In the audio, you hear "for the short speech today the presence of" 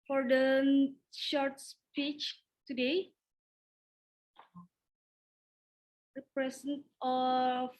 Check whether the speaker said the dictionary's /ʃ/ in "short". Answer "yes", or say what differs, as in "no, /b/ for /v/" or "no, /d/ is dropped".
yes